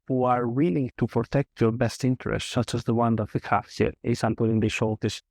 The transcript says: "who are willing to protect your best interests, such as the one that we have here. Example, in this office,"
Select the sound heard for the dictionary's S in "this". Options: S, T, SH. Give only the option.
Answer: SH